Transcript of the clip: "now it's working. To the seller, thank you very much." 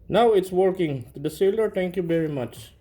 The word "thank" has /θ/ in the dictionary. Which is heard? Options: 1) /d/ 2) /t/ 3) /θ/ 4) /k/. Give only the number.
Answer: 2